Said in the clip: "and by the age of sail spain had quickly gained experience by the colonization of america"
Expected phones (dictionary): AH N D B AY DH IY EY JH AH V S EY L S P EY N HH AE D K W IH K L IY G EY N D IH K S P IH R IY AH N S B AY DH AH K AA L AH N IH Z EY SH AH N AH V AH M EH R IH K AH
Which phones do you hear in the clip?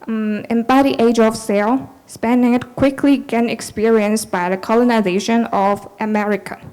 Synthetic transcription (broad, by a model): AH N B AY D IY EY JH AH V S EY L S P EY N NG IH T K W IH K L IY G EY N IH K S P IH R IY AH N S B AY DH AH K AA L AH N IH Z EY SH AH N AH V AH M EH R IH K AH